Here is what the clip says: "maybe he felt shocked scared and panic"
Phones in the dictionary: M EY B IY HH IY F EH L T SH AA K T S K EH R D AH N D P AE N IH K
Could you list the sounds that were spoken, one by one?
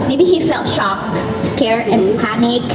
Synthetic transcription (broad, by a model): M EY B IY HH IY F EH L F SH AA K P S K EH R AH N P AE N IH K